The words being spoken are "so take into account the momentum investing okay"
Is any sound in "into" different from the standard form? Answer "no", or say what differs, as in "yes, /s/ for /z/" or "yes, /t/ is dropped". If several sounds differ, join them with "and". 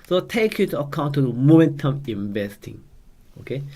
yes, /n/ is dropped